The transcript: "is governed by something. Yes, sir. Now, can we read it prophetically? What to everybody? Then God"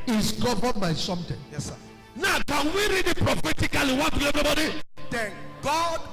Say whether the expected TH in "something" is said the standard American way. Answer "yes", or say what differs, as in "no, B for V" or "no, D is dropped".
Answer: no, T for TH